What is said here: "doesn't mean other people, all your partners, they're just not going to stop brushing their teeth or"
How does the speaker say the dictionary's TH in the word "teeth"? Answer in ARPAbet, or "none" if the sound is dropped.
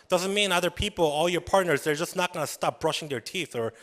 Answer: TH